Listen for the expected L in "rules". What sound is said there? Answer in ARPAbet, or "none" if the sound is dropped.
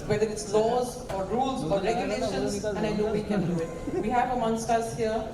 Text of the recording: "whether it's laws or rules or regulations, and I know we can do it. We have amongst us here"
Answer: L